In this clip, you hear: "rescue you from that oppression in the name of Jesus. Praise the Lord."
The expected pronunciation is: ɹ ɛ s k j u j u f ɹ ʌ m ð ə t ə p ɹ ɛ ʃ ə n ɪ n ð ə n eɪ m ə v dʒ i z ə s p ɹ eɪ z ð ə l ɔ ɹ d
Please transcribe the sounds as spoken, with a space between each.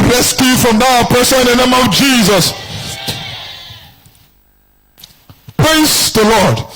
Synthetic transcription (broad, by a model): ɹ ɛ s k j j u f ɹ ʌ m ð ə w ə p ɛ s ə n ɪ n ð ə n eɪ m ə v dʒ i z ə s p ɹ eɪ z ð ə l ɔ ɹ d